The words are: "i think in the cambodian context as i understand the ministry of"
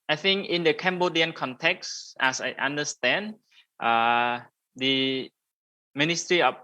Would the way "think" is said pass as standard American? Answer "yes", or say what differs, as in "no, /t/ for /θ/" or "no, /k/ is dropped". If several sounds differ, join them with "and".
yes